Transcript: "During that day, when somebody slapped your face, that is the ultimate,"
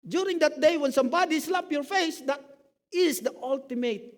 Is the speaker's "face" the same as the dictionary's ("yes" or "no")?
yes